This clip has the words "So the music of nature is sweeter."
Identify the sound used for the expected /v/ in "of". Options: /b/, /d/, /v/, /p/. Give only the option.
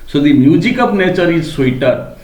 /p/